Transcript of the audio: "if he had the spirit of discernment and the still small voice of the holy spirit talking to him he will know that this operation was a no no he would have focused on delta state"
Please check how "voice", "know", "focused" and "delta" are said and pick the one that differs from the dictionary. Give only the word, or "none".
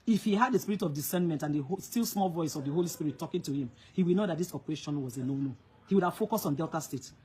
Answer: focused